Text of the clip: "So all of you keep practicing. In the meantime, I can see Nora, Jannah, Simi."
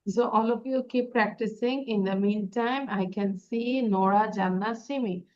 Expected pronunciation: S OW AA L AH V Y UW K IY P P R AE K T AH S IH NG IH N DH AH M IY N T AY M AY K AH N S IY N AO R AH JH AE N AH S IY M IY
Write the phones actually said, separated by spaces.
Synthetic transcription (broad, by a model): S OW AA L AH P Y UW K IY P P R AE K T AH S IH NG IH N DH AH M IY N T AY M AY K AH N S IY N AO R AH JH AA N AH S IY M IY